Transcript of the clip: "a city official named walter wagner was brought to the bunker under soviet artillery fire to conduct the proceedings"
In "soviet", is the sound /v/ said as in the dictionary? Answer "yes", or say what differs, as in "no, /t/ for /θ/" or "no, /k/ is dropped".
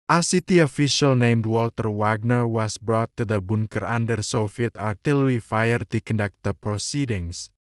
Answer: no, /f/ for /v/